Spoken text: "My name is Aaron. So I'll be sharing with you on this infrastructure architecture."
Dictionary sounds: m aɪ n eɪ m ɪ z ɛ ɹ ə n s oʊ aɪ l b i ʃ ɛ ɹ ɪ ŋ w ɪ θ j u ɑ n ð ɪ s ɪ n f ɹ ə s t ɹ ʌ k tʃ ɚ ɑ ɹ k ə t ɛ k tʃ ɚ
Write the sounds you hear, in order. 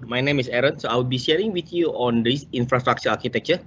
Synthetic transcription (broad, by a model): m aɪ n eɪ m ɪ s ɛ ɹ ə n s oʊ aɪ w b i ʃ ɛ ɹ ɪ ŋ w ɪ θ j u ɑ n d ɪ s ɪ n f ɹ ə s t ɹ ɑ k tʃ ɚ ɑ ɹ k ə t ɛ k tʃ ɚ